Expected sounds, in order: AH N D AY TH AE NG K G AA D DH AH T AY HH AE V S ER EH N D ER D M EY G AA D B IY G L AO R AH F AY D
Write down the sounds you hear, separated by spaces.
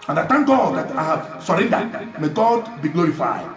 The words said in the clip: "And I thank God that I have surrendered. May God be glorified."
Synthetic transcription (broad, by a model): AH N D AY T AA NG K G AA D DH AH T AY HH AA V S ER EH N D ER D M EY G AA D B IY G L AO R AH F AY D